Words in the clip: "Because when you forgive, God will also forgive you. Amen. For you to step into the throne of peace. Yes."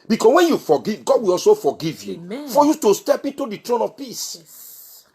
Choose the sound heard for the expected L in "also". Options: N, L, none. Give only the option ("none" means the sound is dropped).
L